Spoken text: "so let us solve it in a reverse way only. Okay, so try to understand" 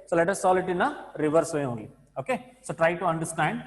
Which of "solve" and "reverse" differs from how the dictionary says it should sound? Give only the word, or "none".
solve